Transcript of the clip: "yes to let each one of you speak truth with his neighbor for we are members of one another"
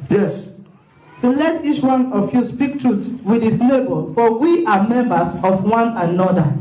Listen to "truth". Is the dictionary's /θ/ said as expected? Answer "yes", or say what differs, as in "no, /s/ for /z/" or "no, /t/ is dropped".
no, /s/ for /θ/